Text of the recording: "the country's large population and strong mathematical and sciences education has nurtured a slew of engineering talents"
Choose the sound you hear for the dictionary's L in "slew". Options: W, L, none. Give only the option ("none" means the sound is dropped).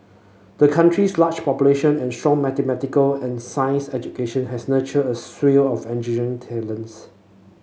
W